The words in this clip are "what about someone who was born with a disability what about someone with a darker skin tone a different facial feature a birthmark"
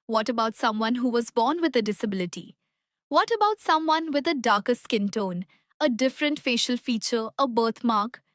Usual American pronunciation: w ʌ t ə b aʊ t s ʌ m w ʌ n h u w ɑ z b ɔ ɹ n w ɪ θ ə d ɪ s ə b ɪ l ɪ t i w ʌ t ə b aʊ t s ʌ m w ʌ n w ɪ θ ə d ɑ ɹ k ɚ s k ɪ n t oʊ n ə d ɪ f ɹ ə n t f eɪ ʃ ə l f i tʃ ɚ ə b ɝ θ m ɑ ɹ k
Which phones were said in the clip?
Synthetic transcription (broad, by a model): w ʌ t ə b aʊ t s ʌ m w ʌ n h u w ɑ z b ɔ ɹ n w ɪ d ə d ɪ s ə b ɪ l ɪ t i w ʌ t ə b aʊ t s ʌ m w ʌ n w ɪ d ə d ɑ ɹ k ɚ s k ɪ n t oʊ n ə d ɪ f ɹ ə n t f eɪ ʃ ə l f i tʃ ɚ ə b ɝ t m ɑ ɹ k